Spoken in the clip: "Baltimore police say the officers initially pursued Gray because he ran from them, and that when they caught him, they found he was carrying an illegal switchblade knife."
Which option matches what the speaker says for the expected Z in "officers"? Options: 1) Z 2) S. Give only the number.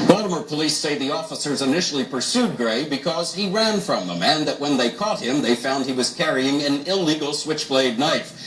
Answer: 1